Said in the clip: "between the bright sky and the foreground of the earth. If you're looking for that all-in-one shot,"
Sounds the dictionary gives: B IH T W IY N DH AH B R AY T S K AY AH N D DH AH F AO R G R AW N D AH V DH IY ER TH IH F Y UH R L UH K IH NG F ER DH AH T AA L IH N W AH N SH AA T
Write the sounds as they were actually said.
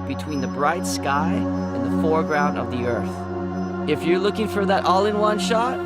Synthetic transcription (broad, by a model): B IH T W IY N DH AH B R AY T S K AY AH N DH AH F AO R G R AW N D AH V DH IY ER TH IH F Y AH R L UH K IH NG F ER DH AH T AA L IH N W AH N SH AA T